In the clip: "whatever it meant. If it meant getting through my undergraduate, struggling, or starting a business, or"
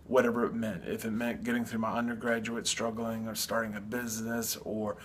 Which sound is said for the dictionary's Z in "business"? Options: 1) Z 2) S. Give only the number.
1